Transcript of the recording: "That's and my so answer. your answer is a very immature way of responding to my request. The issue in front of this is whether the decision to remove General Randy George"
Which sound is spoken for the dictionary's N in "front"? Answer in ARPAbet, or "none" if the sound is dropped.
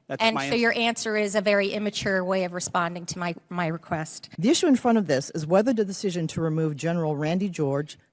none